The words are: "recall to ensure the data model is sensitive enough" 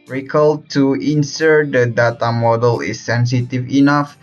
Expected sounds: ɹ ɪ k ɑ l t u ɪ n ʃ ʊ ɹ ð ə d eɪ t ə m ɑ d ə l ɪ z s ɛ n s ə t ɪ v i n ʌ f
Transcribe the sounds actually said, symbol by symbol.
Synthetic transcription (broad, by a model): ɹ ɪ k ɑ l t u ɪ n s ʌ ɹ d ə d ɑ t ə m ɑ d ə l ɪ s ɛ n s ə t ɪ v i n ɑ f